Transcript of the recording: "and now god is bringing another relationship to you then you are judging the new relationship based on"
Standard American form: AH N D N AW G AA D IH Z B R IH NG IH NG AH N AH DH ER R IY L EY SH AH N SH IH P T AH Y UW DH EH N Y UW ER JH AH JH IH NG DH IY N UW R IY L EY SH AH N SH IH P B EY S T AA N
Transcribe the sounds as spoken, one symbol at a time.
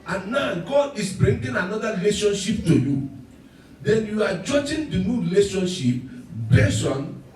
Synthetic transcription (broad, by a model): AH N N AW G AA D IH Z B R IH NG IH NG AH N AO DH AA R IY L EY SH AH N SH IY P T AH Y UW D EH N Y UW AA JH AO JH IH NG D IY N UW R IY L EY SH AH N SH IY P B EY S AA N